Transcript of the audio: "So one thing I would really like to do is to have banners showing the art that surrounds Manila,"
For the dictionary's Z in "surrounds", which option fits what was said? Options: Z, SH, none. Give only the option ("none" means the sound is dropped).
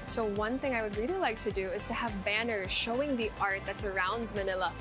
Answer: Z